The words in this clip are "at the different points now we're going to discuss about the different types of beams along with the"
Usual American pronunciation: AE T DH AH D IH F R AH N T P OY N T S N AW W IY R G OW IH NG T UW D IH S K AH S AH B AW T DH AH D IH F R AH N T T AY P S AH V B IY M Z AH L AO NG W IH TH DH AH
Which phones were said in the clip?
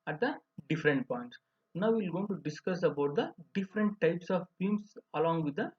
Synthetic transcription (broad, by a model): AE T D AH D IH F R AH N T P OY N T S N AW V IY L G OW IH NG T UW D IH S K AH S AH B AW T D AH D IH F R AH N T T AY P S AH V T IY M S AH L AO NG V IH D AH